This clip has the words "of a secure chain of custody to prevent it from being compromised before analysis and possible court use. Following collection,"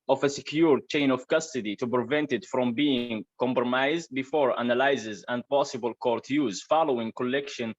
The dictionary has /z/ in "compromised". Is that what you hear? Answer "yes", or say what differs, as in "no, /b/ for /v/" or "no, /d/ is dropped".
yes